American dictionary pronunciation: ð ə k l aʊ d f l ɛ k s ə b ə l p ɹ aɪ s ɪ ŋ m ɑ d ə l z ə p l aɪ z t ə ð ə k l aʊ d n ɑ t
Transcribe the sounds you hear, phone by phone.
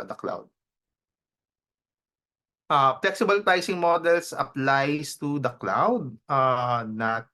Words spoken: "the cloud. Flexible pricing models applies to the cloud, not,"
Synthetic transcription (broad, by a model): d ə k l aʊ d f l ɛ k s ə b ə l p aɪ s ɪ ŋ m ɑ d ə l s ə p l aɪ s t ə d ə k l aʊ d n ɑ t